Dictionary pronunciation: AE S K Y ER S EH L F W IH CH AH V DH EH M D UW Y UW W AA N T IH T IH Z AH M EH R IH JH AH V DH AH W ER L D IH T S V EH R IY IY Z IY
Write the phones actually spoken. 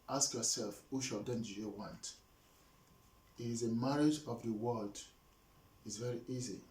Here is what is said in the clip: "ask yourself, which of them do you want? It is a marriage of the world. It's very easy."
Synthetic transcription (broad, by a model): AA S K Y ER S EH L F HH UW SH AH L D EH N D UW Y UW W AA N T IH T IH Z AH M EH R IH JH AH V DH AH W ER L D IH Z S V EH R IY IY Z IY